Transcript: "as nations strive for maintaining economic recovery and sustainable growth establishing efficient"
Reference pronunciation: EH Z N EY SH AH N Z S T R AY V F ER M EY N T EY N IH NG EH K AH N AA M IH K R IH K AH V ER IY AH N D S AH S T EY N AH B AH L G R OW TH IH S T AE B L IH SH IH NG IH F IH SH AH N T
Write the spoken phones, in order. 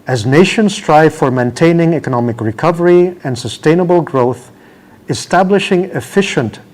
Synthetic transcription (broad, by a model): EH Z N EY SH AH N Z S T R AY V F ER M EY N T EY N IH NG EH K AH N AA M IH K R IH K AH V ER IY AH N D S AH S T EY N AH B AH L G R OW TH IH S T AE B L IH SH IH NG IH F IH SH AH N T